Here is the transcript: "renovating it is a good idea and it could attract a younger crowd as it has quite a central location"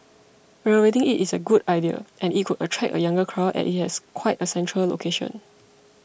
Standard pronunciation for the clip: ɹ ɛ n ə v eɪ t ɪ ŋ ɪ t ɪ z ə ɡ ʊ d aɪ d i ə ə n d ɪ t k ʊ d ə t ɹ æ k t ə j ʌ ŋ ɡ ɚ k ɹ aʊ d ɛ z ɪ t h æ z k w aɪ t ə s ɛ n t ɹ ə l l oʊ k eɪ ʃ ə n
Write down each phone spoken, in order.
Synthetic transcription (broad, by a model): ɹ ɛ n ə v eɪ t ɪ ŋ ɪ t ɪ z ə ɡ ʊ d aɪ d i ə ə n ɪ t k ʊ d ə t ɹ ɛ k ə j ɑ ŋ ɡ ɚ k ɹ aʊ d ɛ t ɪ t h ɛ s k w aɪ t ə s ɛ n t ɹ ə l l oʊ k eɪ ʃ ə n